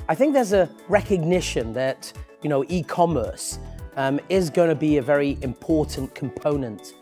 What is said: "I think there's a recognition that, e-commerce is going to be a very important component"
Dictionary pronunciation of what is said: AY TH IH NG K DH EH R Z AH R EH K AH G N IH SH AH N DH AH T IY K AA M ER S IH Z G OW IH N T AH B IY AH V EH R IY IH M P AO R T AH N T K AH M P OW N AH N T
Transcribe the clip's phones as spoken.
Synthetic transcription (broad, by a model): AY TH IH NG K DH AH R Z AH R EH K AH G N IH SH AH N DH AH T IY K AA M ER S IH Z G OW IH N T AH B IY AH V EH R IY IH M P AO R T N K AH M P OW N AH N T